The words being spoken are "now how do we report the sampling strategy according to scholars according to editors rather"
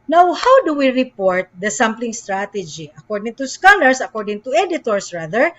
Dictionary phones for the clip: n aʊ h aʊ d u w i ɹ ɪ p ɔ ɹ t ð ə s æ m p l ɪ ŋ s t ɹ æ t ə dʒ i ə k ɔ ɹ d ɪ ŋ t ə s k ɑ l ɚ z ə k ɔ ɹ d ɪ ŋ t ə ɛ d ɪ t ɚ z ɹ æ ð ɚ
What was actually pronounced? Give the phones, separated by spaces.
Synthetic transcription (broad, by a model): n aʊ h aʊ d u w i ɹ ɪ p ɔ ɹ t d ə s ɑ m p l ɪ ŋ s t ɹ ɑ t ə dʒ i ə k ɔ ɹ d ɪ ŋ t ə s k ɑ l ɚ s ə k ɔ ɹ d ɪ ŋ t ə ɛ d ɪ t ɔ s ɹ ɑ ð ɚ